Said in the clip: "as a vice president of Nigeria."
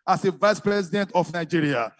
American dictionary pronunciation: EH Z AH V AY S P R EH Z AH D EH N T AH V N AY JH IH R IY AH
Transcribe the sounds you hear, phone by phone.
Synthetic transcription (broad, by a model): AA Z AH V AY S P R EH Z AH D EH N T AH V N AY JH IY R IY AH